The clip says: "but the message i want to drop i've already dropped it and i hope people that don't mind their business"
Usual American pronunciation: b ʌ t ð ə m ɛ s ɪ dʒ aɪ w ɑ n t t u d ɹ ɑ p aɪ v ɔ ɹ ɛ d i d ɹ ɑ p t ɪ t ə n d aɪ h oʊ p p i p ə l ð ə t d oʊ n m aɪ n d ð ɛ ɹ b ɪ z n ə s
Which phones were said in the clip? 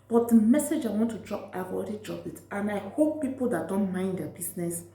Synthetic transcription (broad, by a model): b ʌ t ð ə m ɛ s ɪ dʒ aɪ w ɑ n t t u d ɹ ɑ p aɪ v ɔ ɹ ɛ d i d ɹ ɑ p ɪ t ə n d aɪ h oʊ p p i p ə l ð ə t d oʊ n m aɪ n d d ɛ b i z n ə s